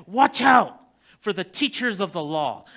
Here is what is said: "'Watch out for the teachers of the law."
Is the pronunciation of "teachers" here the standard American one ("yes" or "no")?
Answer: yes